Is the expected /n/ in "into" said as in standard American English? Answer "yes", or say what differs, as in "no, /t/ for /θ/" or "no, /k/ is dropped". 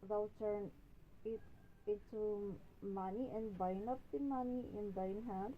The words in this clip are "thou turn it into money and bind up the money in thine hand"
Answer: no, /n/ is dropped